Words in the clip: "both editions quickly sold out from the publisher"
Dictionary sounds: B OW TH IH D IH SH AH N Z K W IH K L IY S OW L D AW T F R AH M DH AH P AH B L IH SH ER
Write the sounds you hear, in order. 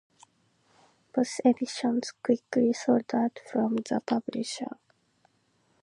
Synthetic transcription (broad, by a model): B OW S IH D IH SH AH N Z K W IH K L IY S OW D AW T F R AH M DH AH P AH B L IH SH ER